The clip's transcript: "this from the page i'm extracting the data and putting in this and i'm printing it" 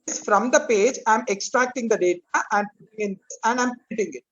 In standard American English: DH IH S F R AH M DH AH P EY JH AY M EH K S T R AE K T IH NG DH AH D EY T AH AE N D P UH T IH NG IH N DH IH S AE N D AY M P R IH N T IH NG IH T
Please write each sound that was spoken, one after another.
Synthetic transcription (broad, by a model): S F R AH M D AH P EY JH AY M EH K S T R AE K T IH NG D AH D EY T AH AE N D P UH T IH NG IH N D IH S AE N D AY M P IH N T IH NG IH T